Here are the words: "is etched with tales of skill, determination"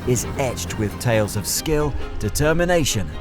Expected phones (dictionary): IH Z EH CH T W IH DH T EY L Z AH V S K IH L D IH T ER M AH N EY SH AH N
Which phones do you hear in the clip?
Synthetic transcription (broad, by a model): IH Z EH CH T W IH DH T EY L Z AH V S K IH L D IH T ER M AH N EY SH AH N